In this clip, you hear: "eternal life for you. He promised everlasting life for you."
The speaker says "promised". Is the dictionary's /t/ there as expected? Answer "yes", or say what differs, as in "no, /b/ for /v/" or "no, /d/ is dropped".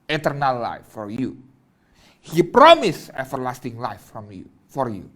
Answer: no, /t/ is dropped